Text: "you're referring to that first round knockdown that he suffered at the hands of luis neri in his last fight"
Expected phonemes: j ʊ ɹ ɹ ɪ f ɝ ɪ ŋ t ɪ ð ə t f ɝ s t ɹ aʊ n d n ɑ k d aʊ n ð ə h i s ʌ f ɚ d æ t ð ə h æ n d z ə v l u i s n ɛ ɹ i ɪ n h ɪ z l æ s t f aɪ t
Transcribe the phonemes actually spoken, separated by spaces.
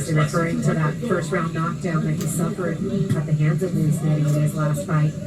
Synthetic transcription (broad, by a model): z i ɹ ɹ ɪ f ɝ ɪ ŋ t ɪ ð ə t f ɝ s t ɹ aʊ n n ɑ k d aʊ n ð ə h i s ʌ f ɚ d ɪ t ð ə h æ n d z ə v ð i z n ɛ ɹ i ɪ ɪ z l æ s t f aɪ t